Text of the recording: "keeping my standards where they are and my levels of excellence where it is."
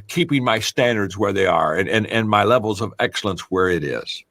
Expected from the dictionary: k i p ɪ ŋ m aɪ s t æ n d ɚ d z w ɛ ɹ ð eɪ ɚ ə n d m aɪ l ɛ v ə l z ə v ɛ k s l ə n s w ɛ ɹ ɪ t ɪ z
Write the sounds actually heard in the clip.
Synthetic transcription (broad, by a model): k i p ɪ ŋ m aɪ s t æ n d ɚ d z w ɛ ɹ ð eɪ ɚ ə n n m aɪ l ɛ v l z ə v ɛ k s l ə n s w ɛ ɹ ɪ t ɪ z